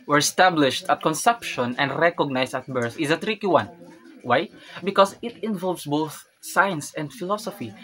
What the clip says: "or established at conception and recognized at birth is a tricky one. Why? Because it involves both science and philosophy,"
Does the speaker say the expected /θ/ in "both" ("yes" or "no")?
yes